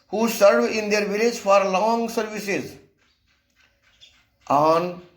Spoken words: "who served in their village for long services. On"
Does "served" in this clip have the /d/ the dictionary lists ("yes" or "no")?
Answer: no